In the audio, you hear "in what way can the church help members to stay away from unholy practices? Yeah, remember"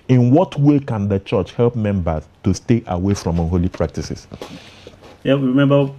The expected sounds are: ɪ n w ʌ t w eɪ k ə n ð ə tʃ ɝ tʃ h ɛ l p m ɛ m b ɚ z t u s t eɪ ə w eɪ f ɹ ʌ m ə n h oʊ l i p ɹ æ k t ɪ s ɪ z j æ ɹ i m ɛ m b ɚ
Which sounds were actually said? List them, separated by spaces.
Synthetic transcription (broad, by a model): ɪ n w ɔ t w eɪ k ə n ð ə tʃ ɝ tʃ h ɛ l p m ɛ m b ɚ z t u s t eɪ ə w eɪ f ɹ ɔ m ə n h oʊ l i p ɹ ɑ k t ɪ s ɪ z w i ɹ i m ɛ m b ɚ